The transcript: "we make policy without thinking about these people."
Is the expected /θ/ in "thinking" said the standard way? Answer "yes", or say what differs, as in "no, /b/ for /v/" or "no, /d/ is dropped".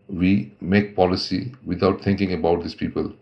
no, /t/ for /θ/